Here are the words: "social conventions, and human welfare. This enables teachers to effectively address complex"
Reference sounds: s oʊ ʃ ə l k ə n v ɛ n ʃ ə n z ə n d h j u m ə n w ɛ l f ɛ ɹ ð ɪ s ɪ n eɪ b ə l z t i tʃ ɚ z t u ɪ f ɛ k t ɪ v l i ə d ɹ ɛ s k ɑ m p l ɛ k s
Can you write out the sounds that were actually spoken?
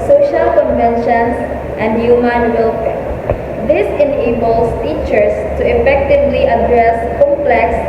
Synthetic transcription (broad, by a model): s oʊ ʃ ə l k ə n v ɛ n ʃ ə n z ə n d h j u m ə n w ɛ l p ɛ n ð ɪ s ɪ n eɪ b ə l s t i tʃ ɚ s t u ɪ f ɛ k t ɪ v l i ə d ɹ ɛ s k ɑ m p l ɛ k s